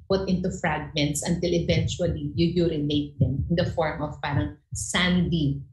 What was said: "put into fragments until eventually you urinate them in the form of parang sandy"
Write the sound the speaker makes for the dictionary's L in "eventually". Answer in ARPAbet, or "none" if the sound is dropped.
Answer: L